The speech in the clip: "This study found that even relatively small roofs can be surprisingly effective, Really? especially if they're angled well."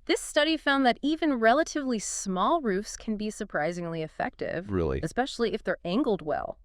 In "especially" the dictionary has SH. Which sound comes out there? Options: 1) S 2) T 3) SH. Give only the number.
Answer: 3